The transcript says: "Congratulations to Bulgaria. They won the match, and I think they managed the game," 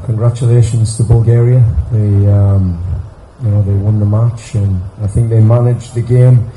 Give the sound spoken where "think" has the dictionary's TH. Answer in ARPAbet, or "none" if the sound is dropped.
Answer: TH